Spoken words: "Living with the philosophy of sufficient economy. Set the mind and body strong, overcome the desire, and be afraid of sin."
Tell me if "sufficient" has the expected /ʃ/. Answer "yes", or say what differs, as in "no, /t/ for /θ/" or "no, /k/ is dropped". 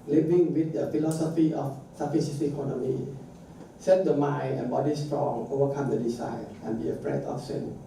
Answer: no, /s/ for /ʃ/